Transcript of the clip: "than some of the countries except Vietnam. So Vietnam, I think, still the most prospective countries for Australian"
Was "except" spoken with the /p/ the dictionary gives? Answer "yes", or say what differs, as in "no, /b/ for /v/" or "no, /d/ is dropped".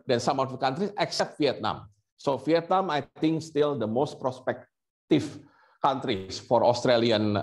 yes